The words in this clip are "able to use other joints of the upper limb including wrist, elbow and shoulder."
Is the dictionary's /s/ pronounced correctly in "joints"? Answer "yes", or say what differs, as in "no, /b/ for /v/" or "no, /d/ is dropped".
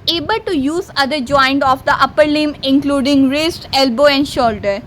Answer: no, /s/ is dropped